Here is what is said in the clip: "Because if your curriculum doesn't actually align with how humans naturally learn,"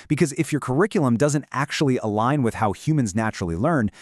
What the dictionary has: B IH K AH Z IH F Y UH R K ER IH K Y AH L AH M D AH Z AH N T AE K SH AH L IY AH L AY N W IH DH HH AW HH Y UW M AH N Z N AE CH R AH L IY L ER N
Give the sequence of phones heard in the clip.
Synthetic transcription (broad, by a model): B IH K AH Z IH F Y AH R K ER IH K Y L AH M D AH Z AH N T AE K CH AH L IY AH L AY N W IH DH HH AW HH Y UW M AH N Z N AE CH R L IY L ER N